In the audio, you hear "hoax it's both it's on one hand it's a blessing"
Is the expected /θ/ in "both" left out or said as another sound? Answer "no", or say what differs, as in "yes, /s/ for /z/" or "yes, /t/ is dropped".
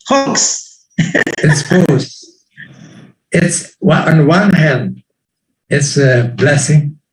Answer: yes, /s/ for /θ/